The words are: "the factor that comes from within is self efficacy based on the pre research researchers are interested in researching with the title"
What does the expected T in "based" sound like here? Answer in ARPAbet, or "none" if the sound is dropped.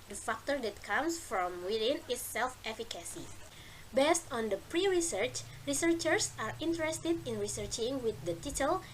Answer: T